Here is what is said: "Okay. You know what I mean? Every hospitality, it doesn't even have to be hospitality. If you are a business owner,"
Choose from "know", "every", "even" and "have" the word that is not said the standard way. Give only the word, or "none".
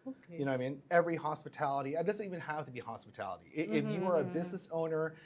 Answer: have